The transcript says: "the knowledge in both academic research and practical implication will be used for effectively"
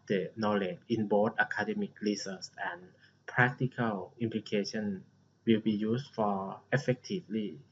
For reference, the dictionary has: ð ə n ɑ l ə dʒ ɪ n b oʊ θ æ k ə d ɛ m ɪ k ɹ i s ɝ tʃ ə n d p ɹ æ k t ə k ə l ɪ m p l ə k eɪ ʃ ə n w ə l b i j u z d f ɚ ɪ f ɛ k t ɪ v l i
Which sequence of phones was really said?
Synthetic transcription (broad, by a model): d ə n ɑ l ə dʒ ɪ n b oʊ t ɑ k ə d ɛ m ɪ k l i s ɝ s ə n p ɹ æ k t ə k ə l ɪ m p l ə k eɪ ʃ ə n w ə l b i j u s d f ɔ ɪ f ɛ k t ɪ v l i